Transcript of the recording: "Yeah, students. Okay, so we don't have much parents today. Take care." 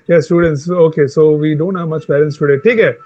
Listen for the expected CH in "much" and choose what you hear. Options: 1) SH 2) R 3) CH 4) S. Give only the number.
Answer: 3